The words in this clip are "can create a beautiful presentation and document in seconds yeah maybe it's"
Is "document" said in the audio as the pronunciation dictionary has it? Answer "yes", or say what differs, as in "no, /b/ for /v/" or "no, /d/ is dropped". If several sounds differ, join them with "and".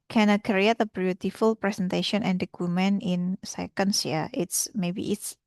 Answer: no, /t/ is dropped